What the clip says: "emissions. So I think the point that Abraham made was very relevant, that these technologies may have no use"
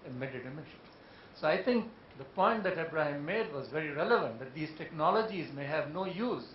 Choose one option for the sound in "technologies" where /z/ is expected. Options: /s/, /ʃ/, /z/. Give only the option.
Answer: /z/